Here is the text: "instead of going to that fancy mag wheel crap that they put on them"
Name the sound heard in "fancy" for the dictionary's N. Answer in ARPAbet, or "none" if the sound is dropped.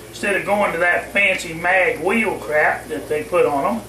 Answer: N